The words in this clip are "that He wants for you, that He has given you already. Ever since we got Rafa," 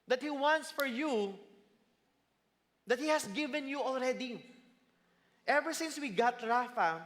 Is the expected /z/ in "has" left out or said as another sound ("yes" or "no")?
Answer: yes